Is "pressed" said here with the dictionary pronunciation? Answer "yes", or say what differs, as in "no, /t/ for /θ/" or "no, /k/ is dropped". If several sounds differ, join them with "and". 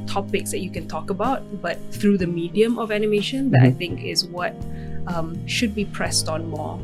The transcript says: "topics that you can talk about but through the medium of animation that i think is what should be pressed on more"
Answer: yes